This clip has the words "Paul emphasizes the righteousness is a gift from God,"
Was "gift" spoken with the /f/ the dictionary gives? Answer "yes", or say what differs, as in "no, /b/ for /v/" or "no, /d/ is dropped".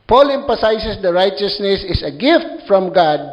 yes